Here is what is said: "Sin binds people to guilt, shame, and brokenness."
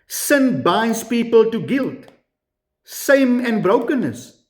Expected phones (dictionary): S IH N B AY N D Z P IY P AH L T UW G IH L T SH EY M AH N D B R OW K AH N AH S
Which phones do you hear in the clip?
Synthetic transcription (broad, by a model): S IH N B AY N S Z P IY P AH L T UW G IH L T S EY M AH N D B R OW K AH N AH S